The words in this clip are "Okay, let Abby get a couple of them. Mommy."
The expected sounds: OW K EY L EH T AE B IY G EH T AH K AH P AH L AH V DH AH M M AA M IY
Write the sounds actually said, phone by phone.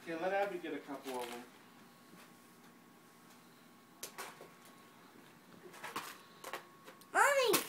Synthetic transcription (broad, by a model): K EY L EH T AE IY G EH T AH K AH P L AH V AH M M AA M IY